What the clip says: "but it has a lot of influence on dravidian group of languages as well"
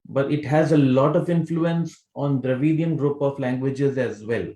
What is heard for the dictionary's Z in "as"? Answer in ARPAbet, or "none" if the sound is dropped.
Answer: Z